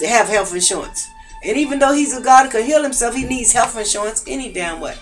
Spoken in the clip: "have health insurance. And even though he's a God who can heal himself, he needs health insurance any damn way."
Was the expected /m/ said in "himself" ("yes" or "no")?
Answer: yes